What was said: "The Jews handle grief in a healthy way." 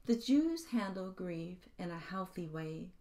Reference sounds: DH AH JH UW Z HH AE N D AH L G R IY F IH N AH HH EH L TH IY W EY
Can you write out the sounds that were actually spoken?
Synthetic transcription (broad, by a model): DH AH JH UW Z HH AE N D L G R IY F IH N AH HH EH L TH IY W EY